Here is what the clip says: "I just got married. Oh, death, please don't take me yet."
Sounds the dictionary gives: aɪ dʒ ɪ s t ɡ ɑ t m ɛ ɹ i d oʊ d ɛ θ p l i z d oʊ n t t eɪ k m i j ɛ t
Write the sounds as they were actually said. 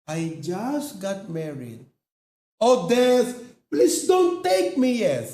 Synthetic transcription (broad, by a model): aɪ dʒ ɪ s t ɡ ɑ t m ɛ ɹ i d oʊ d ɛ s p l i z d oʊ n t t eɪ k m i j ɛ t